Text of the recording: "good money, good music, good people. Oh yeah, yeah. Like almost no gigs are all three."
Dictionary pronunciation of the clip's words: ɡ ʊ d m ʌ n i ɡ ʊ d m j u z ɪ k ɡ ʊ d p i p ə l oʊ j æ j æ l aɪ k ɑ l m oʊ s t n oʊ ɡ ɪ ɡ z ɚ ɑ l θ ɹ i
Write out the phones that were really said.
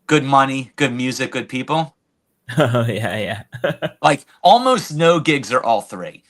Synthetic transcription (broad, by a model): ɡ ʊ d m ʌ n i ɡ ʊ d m j u z ɪ k ɡ ʊ d p i p l oʊ j æ j æ l aɪ k ɑ l m oʊ s t n oʊ ɡ ɪ ɡ z ɚ ɑ l θ ɹ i